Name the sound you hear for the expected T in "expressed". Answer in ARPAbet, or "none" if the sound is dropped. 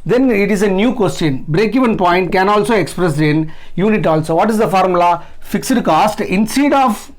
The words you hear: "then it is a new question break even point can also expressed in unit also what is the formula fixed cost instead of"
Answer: none